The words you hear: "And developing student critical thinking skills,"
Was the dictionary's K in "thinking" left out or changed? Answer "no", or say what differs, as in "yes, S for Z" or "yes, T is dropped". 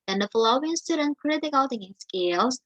yes, K is dropped